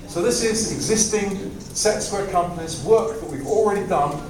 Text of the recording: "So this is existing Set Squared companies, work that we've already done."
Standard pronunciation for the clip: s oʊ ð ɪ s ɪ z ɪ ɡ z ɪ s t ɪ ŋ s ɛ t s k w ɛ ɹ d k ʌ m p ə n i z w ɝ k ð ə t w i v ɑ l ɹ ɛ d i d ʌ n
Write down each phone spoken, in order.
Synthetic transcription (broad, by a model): s oʊ ð ɪ s ɪ z ɪ ɡ z ɪ s t ɪ ŋ s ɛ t s w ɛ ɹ k ʌ m p ə n i z w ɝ k ð ə t w i v ɑ l ɹ ɛ d i d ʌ n